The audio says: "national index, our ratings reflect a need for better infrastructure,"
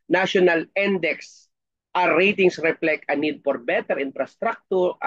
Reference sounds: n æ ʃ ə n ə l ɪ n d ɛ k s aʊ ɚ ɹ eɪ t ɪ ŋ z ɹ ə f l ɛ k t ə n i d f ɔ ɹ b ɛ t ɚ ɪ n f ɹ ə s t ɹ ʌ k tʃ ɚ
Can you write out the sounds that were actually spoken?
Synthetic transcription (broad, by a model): n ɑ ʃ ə n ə l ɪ n d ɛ k s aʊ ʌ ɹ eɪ t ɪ ŋ s ɹ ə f l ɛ k ə n i d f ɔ ɹ b ɛ t ɚ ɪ n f ɹ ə s t ɹ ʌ k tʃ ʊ